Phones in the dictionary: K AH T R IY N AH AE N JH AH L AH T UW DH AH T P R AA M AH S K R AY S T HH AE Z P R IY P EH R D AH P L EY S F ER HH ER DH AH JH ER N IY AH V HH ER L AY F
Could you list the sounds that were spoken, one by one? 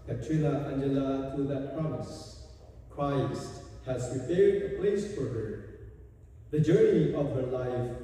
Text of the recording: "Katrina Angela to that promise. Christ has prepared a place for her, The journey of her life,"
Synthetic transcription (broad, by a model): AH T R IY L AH AE N JH AH L AH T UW DH AH T P R AA M AH S K R AY S T HH AE Z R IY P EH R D AH P L EY S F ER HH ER DH AH JH ER N IY AH V HH ER L AY F